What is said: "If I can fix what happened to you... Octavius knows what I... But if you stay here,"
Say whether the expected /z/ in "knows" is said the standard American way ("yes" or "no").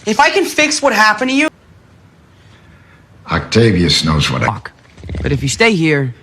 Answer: yes